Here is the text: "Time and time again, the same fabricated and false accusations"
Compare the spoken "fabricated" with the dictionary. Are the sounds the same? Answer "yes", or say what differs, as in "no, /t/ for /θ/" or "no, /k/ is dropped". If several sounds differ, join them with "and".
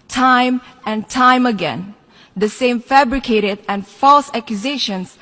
yes